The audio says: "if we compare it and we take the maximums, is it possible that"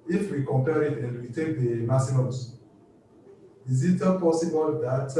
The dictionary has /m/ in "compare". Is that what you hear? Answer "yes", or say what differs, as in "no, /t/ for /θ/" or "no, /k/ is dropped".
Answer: yes